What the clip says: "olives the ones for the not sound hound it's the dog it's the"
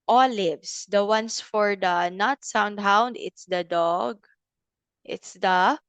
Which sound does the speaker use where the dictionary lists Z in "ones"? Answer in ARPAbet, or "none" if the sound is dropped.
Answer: S